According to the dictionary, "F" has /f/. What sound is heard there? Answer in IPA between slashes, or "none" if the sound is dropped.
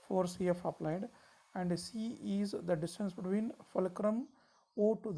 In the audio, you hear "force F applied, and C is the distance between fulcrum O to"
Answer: /f/